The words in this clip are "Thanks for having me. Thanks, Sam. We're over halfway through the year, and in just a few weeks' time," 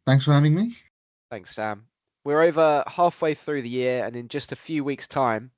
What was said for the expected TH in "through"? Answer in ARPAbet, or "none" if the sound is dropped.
TH